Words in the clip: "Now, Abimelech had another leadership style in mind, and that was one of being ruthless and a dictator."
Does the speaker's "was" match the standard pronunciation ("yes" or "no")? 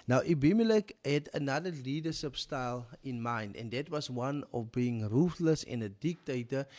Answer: no